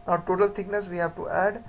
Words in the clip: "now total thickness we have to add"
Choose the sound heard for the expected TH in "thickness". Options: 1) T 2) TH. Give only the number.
1